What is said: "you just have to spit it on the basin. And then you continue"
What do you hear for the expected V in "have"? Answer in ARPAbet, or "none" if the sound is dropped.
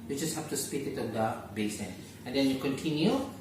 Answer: F